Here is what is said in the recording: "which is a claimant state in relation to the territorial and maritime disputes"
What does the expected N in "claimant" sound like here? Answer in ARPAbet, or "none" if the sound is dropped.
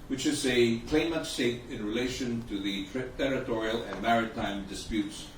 none